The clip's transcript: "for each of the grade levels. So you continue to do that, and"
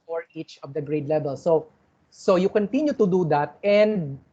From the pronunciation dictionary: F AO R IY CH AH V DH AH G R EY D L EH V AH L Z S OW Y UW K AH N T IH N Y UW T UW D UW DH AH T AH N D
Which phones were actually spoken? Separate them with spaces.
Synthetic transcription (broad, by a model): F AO R IY CH AH V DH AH G R EY D L EH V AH L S S OW Y UW K AH N T IH N Y UW T UW D UW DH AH T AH N D